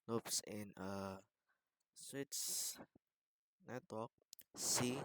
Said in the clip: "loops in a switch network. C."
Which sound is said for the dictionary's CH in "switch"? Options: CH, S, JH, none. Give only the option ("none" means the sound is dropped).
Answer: S